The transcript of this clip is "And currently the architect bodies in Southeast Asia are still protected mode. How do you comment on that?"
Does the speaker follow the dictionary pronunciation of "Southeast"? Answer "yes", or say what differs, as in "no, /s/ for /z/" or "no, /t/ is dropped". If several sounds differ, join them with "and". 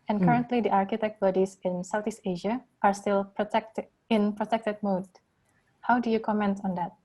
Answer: no, /t/ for /θ/